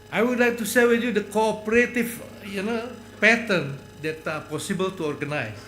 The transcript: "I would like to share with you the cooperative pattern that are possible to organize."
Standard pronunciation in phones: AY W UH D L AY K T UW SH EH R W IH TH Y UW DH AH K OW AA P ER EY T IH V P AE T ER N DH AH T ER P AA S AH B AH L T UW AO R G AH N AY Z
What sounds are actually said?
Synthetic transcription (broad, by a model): AY W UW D L AY K T UW S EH L W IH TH Y UW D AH K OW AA P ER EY T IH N P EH T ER N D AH T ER P AA S AH B AH L T UW AO R G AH N AY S